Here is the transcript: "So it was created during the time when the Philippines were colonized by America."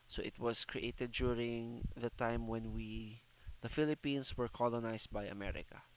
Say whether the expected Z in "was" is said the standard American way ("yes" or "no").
no